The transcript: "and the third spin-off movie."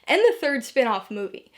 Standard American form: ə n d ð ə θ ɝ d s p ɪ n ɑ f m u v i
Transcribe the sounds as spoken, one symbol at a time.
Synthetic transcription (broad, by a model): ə n ð ə θ ɝ d s p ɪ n ɑ f m u v i